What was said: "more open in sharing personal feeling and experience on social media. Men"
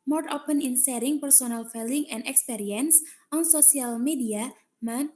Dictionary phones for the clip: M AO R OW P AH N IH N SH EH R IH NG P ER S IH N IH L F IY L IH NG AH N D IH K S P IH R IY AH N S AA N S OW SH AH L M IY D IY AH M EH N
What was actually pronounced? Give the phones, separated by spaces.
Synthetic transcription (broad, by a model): M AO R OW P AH N IH N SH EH R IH NG P ER S IH N IH L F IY L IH NG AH N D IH K S P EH R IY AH N S AA N S OW S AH L M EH D IY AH M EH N